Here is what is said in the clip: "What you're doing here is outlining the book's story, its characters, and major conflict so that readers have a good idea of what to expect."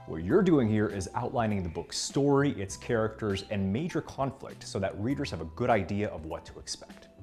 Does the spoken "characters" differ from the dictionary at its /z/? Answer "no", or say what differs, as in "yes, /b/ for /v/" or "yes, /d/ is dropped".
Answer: no